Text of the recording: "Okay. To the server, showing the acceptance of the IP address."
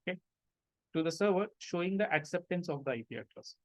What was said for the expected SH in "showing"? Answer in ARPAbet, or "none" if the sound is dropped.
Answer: SH